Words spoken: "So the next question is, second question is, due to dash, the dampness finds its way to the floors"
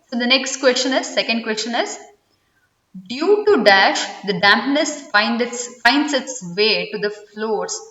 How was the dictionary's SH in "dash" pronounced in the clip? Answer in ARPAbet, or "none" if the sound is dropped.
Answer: SH